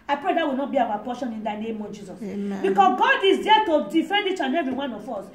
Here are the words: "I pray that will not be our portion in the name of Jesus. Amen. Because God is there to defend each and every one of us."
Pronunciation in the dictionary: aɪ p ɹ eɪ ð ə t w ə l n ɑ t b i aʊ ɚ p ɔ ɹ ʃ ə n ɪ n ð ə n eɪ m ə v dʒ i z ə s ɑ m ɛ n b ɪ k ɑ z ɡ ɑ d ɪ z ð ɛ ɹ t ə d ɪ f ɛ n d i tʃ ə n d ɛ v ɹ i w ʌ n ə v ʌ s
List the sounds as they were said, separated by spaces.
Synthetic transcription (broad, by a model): aɪ p ɹ eɪ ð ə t w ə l n ɑ t b i aʊ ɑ p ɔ ʃ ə n ɪ n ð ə n eɪ m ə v dʒ i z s ɑ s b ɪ k ɑ s ɡ ɑ d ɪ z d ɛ t ə d ɪ f ɛ n d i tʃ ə n ɛ v ɹ i w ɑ n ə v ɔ s